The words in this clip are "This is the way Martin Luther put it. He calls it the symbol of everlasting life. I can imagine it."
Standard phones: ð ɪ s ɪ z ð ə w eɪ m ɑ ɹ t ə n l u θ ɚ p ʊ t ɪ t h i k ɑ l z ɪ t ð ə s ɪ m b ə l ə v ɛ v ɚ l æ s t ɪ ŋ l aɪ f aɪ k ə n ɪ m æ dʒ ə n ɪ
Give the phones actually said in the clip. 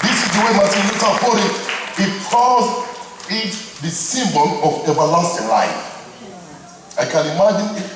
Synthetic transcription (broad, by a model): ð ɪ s ɪ z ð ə w eɪ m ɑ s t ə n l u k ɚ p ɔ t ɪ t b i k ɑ z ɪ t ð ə s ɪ m b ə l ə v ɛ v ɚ l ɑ s t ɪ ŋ l aɪ f aɪ k ə n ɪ m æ dʒ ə n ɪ